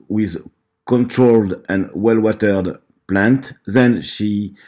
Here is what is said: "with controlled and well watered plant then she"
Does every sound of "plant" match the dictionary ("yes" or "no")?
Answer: yes